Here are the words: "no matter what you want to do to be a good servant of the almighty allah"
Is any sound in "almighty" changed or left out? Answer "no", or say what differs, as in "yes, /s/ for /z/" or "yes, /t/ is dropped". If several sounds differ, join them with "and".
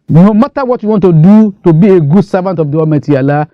yes, /l/ is dropped